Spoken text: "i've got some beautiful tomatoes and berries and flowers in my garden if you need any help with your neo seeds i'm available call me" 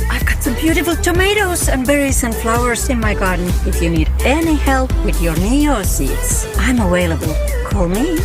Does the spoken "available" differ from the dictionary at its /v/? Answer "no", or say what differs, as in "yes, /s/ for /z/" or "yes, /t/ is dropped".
yes, /w/ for /v/